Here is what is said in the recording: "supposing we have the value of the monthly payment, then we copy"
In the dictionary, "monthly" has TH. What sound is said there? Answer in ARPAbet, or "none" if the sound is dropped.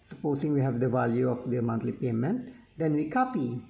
T